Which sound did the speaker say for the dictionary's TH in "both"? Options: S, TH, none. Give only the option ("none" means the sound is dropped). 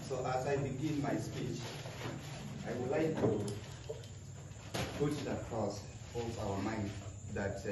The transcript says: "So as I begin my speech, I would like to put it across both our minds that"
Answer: S